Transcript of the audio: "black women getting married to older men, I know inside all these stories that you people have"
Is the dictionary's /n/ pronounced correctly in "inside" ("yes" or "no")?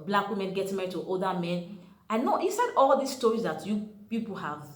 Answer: no